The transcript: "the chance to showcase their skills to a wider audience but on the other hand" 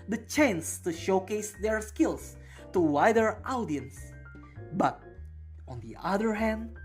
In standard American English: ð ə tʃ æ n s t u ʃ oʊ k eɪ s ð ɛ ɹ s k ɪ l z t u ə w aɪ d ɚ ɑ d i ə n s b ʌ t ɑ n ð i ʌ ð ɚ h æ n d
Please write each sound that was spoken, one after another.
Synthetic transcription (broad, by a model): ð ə tʃ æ n s t u ʃ oʊ k eɪ s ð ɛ ɹ s k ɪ l s t u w aɪ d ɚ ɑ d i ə n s b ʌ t ɑ n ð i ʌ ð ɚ h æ n d